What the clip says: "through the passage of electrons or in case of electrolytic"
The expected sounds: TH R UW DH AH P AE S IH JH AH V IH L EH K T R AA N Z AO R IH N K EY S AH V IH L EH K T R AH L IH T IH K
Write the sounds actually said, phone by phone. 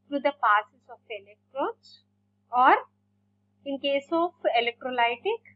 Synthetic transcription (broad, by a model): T R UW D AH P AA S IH Z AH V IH L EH K T R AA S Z AO R IH N K EY S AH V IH L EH K T R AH L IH T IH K